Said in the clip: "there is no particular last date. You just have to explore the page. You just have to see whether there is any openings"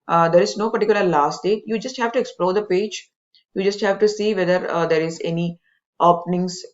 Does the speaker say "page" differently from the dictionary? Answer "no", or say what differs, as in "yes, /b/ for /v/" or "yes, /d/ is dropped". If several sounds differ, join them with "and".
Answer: no